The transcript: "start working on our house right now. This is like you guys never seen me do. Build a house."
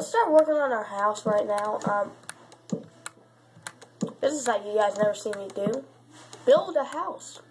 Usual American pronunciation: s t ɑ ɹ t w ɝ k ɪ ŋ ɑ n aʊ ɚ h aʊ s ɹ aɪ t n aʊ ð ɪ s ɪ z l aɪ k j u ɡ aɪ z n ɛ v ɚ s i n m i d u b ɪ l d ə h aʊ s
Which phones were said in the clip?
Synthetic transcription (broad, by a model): s t ɑ ɹ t w ɝ k ɪ ŋ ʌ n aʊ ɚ h aʊ s ɹ aɪ t n aʊ ð ɪ s ɪ z l aɪ k j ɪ ɡ aɪ z n ɛ v ɚ s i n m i d u b ɪ l d ə h aʊ s